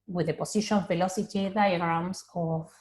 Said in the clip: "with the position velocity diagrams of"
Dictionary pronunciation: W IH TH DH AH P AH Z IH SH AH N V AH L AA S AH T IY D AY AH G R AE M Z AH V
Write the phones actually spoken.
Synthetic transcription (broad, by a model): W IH DH AH P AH S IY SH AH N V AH L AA S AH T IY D AY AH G R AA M S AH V